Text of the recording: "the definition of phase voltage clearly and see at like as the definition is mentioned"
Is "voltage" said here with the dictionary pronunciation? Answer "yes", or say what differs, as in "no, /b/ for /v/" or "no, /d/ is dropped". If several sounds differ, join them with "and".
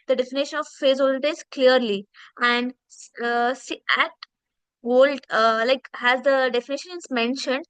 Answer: no, /z/ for /dʒ/